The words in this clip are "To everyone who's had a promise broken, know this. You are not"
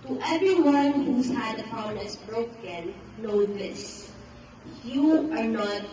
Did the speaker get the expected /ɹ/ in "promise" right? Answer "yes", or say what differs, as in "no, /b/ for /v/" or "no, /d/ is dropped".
no, /ɹ/ is dropped